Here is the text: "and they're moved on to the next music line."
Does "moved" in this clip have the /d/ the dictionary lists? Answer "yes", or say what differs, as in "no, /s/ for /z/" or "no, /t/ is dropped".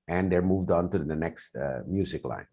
yes